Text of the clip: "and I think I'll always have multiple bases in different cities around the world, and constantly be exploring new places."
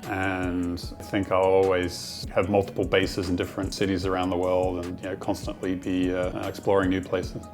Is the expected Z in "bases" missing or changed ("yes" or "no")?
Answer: no